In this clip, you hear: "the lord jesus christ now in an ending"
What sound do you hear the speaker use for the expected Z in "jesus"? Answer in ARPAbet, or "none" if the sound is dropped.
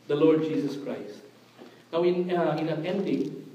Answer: S